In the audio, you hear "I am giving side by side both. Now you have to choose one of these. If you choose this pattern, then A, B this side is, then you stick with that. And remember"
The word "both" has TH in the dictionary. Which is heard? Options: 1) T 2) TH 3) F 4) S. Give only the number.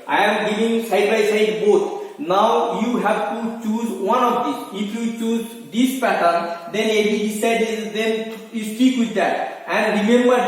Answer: 1